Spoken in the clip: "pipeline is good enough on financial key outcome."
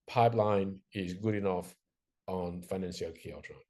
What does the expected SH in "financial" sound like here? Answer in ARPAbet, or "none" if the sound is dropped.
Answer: S